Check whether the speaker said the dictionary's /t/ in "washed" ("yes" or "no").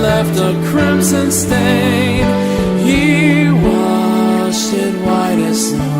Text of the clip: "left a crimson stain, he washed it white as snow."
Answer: no